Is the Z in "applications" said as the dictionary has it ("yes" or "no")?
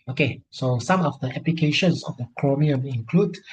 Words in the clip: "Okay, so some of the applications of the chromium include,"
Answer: no